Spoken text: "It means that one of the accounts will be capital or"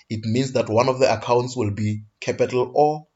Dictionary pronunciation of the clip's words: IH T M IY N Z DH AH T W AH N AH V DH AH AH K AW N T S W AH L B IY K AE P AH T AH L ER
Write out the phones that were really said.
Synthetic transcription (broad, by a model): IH T M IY N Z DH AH T W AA N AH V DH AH AH K AW N T S W AH L B IY K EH P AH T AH L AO